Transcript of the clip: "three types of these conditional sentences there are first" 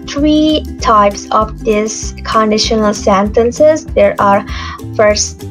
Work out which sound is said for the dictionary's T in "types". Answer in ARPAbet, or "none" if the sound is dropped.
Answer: T